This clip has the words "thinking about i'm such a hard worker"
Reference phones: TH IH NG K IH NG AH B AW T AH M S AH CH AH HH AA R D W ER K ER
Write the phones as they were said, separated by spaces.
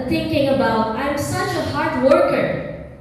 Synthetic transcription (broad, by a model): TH IH NG K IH NG AH B AW T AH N S AH CH AH HH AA R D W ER K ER